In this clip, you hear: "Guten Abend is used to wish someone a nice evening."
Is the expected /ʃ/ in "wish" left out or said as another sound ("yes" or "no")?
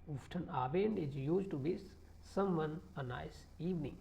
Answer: yes